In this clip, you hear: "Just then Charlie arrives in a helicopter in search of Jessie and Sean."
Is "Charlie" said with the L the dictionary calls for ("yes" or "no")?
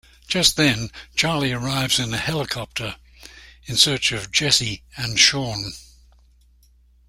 yes